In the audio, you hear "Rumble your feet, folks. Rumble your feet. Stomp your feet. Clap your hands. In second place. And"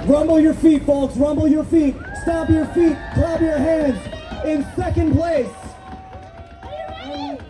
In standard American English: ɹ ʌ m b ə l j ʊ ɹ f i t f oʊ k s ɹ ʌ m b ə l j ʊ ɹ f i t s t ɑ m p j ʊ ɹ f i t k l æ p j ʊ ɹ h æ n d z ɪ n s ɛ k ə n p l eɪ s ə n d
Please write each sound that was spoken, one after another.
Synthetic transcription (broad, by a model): ɹ ʌ m b l j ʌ ɹ f i t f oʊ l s ɹ ʌ m b l j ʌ ɹ f i t s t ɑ p j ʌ ɹ f i t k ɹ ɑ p j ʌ ɹ h æ n d z ɪ n s ɛ k ə n p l eɪ ə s